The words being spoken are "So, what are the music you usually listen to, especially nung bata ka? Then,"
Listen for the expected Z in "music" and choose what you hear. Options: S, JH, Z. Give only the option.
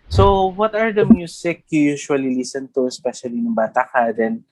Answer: S